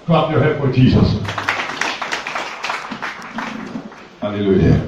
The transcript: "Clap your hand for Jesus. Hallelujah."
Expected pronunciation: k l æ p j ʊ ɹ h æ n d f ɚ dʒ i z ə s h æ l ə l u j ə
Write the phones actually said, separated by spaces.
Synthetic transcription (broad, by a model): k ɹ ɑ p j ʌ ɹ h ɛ d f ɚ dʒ i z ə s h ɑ l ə l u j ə